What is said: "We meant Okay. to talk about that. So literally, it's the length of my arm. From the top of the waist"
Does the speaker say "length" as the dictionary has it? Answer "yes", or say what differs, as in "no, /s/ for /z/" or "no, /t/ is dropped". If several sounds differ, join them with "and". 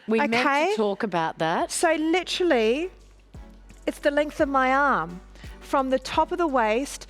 yes